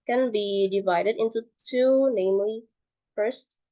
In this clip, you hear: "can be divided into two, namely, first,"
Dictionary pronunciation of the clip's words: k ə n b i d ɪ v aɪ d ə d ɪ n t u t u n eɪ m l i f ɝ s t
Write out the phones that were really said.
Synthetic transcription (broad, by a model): k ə n b i d ɪ v aɪ d ə d ɪ n t u t u n eɪ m l i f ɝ s t